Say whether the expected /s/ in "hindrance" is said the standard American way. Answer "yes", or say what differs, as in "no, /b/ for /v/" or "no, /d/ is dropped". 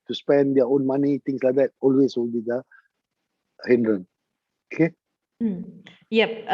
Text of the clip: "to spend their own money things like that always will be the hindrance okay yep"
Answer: no, /s/ is dropped